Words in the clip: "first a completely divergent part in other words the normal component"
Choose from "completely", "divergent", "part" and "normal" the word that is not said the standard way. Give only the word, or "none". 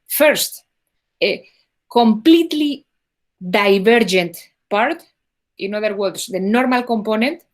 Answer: divergent